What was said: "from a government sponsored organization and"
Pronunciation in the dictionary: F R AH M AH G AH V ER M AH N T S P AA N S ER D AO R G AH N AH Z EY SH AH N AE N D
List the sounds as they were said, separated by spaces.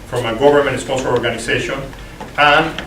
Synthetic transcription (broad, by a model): F R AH M AH G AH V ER M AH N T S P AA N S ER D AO R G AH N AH S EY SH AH N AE N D